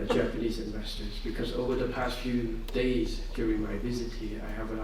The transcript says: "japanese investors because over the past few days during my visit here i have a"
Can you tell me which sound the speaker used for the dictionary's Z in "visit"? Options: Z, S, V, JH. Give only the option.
Z